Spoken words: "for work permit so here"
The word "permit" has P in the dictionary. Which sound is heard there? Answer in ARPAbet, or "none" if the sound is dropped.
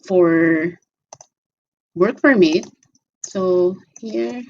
F